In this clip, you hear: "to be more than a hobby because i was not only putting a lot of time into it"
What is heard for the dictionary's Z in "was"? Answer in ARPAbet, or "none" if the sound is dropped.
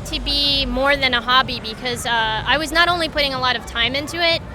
Z